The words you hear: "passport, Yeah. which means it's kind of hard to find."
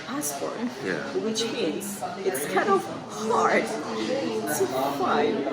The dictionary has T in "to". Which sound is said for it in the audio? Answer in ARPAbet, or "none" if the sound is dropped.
S